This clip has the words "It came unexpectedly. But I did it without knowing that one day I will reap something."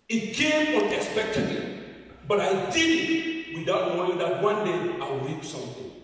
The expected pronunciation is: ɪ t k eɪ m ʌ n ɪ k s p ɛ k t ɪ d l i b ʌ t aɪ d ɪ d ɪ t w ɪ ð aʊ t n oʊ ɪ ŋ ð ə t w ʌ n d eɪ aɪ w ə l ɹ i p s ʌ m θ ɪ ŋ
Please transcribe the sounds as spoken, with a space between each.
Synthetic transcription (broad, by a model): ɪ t k eɪ m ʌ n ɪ k s p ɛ k t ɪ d i b ʌ t aɪ d ɪ d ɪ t w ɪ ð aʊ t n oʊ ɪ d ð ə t w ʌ n d eɪ aɪ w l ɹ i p s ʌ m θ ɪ